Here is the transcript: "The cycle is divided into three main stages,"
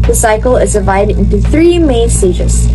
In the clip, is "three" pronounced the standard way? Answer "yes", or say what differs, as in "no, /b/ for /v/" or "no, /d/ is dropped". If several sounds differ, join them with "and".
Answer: yes